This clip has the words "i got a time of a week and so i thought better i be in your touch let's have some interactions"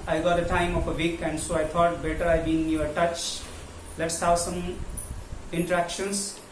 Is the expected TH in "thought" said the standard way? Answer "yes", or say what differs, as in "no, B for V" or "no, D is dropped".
no, T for TH